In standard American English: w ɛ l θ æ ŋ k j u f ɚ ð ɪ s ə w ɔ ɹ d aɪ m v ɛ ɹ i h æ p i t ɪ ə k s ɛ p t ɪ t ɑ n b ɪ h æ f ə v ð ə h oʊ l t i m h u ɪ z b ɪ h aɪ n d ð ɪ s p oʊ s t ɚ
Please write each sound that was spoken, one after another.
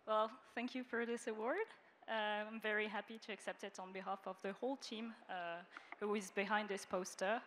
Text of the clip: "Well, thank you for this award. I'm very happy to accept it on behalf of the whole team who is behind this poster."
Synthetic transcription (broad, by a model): w ɛ l θ æ ŋ k j u f ɚ ð ɪ s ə w ɔ ɹ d aɪ m v ɛ ɹ i h æ p i t ɪ ə k s ɛ p t ɪ t n b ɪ h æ f ə v ð ə h oʊ l t i m h u ɪ z b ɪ h aɪ n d ð ɪ s p oʊ s t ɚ